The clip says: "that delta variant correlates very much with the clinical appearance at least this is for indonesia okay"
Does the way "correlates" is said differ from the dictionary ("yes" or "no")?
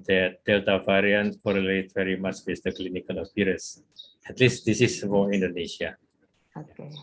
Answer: yes